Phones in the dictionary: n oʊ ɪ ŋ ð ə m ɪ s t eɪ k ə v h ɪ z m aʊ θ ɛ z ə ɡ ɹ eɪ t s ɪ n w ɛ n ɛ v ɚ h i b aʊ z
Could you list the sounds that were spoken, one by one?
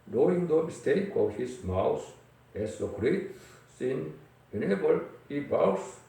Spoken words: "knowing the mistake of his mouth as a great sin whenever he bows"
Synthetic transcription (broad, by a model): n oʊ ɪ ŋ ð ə m ɪ s t eɪ k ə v h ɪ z m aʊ s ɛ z ə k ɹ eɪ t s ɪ n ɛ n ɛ b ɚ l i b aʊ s